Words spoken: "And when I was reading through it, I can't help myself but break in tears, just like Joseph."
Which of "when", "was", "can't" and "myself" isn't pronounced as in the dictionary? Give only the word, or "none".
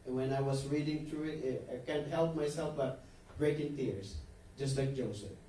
was